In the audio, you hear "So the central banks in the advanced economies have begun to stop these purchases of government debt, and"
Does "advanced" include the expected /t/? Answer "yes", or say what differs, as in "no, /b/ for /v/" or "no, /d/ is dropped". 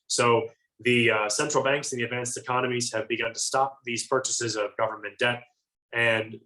yes